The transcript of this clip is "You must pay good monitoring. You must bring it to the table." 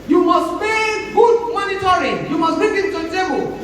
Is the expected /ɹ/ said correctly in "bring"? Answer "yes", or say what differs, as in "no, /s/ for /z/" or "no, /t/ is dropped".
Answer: no, /ɹ/ is dropped